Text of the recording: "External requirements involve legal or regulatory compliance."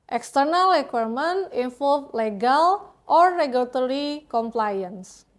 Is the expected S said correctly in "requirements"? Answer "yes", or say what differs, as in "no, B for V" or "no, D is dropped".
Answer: no, S is dropped